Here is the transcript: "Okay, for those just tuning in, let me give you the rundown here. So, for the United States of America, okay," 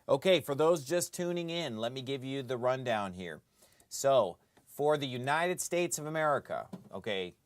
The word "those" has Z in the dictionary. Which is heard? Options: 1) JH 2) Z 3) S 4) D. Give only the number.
2